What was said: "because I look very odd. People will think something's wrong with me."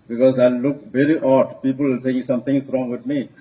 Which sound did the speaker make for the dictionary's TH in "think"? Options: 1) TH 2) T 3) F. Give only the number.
2